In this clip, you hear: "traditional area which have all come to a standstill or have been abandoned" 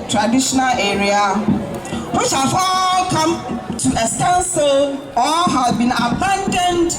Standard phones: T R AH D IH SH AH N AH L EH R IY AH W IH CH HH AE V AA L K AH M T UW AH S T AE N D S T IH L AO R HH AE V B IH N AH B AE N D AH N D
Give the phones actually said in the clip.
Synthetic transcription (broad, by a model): T R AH D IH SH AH N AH L EH R IY AH W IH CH HH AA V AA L K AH M T UW AH S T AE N S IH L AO L HH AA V B IH N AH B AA N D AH N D